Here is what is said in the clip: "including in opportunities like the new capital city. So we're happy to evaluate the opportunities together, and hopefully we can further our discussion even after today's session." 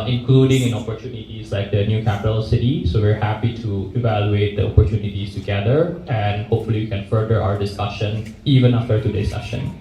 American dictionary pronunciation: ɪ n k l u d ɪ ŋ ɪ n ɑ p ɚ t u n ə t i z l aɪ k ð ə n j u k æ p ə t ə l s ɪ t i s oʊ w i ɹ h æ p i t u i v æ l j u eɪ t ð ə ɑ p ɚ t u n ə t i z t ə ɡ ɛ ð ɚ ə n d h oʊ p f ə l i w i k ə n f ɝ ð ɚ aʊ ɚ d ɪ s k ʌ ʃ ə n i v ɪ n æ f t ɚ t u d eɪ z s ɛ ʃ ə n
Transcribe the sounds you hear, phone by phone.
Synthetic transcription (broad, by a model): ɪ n k l u d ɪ ŋ ɪ n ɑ p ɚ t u n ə t i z l aɪ k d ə n j u k æ p ə t ə l s ɪ t i s oʊ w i ɹ h æ p i t u i v æ l j u eɪ t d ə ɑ p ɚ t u n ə t i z t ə ɡ ɛ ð ɚ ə n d h oʊ p f ə l i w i k ə n f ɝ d ɚ aʊ ɚ d ɪ s k ʌ ʃ ə n i v ɪ n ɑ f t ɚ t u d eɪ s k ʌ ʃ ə n